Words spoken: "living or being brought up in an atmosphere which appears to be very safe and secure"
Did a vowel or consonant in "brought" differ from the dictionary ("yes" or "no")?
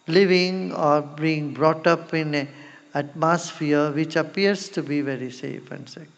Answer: no